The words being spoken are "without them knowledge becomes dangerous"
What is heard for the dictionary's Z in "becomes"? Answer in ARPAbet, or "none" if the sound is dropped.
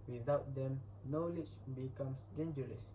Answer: S